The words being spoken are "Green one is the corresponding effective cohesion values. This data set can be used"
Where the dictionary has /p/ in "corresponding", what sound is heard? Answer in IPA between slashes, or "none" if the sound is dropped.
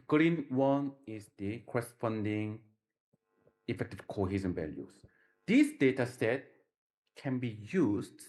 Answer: /f/